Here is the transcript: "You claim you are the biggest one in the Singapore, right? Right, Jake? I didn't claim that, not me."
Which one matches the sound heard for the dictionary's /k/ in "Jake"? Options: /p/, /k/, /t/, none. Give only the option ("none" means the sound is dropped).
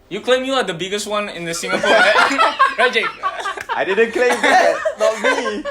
none